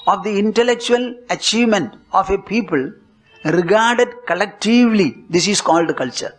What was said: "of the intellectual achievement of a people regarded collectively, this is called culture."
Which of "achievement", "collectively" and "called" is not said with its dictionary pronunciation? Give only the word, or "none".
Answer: none